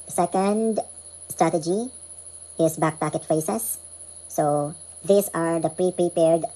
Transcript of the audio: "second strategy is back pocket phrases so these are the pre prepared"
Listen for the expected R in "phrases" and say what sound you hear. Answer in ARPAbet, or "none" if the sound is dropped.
none